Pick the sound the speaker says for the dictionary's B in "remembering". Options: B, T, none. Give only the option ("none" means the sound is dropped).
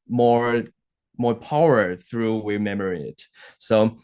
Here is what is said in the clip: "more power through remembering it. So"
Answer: none